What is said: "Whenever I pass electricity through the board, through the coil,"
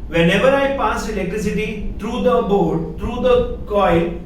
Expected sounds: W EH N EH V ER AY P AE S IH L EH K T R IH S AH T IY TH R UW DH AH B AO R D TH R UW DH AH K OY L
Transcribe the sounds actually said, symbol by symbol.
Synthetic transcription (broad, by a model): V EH N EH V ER AY P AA S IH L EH T R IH S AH T IY T R UW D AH B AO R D T R UW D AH K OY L